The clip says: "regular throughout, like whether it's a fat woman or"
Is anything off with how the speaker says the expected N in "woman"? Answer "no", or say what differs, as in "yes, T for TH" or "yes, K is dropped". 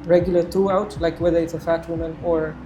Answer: no